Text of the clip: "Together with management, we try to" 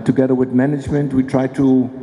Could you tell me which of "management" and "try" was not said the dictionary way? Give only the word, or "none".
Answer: none